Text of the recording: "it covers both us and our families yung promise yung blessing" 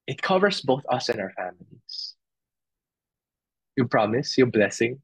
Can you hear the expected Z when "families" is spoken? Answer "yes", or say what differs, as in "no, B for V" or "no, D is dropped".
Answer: no, S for Z